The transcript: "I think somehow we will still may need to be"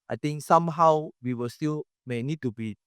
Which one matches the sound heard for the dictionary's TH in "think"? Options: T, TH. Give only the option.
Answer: T